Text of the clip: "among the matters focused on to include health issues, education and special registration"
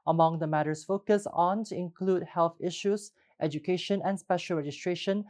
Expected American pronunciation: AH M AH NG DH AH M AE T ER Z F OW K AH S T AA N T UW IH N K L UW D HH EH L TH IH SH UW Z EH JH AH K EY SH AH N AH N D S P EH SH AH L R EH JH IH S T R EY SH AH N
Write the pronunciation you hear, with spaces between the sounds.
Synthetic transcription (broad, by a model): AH M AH NG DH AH M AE T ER S F OW K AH S AA N T UW IH N K L UW D HH EH L TH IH SH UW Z EH JH AH K EY SH AH N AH N S P EH SH AH L R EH JH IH S T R EY SH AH N